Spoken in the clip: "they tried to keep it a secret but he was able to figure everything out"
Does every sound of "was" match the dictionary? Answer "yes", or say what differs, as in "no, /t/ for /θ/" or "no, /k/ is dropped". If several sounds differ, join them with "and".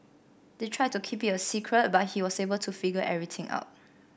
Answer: no, /s/ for /z/